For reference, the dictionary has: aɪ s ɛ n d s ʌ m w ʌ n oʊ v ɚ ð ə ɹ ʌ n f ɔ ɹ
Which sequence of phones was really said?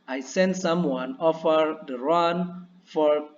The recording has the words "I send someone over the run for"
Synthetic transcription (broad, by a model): aɪ s ɛ n d s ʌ m w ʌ n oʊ f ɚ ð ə ɹ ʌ n f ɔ ɹ